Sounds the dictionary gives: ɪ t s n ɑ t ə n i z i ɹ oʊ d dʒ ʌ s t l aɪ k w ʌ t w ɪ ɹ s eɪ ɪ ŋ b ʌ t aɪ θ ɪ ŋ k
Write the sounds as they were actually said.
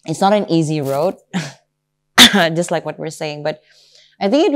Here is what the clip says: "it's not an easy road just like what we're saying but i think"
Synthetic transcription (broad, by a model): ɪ t s n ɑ t ə n i z i ɹ oʊ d dʒ ʌ s t l aɪ k w ʌ t w ɪ ɹ s eɪ ɪ ŋ b ʌ t aɪ θ ɪ ŋ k